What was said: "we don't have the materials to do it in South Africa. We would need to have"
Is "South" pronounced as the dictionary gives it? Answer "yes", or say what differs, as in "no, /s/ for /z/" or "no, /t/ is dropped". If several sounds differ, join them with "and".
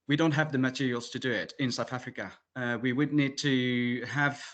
yes